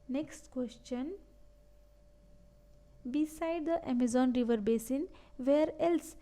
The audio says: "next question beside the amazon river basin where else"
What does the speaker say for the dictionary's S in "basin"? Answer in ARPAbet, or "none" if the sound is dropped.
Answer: S